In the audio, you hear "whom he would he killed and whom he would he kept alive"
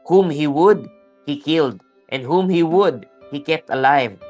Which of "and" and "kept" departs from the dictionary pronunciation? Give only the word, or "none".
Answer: none